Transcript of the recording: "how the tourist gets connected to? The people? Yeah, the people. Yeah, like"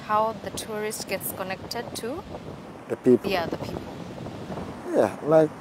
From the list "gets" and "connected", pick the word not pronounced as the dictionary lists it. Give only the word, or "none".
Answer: none